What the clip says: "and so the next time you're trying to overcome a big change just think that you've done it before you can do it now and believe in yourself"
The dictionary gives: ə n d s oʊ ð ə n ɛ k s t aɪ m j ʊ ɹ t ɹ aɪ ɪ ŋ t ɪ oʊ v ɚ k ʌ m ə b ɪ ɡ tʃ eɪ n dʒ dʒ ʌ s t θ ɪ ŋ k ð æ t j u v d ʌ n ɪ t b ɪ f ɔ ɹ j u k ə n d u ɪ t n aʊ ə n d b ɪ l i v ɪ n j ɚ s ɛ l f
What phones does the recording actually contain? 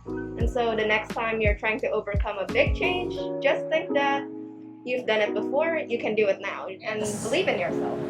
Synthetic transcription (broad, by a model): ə n s oʊ ð ə n ɛ k s t aɪ m j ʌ ɹ t ɹ aɪ ɪ ŋ t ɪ oʊ v ɚ k ʌ m ə b ɪ ɡ tʃ eɪ n dʒ dʒ ʌ s t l ɪ k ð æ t j u v d ʌ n ɪ t b ɪ f ɔ ɹ j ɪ k ə n d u ɪ t n aʊ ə n b ɪ l i v ɪ n j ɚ s ɛ l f